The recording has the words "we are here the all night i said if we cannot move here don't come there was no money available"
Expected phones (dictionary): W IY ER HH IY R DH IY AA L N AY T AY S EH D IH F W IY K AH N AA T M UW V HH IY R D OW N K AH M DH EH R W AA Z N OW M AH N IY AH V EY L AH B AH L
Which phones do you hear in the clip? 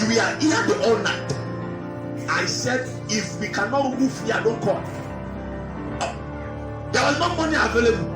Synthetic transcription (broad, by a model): W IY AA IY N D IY AA L N AY T AY S EH D IH F W IY K AH N AA T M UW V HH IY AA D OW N K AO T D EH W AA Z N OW M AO N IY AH V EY L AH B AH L